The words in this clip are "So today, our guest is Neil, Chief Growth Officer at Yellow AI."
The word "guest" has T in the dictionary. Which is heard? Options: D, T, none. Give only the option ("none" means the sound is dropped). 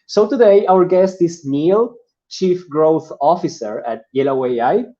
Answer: T